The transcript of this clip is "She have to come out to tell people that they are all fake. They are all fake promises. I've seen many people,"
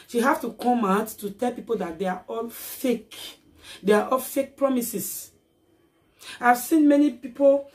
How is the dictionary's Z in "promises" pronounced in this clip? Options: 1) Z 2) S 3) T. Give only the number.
2